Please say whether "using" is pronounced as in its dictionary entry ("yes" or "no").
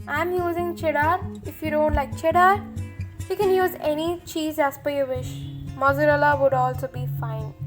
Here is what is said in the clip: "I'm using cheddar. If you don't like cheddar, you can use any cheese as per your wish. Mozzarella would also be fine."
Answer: yes